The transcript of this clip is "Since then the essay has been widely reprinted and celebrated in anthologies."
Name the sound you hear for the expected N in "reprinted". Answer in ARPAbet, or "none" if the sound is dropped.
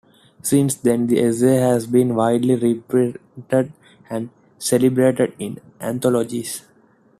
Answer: none